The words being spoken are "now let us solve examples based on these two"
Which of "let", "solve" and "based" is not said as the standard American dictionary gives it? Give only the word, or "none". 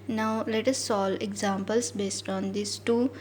solve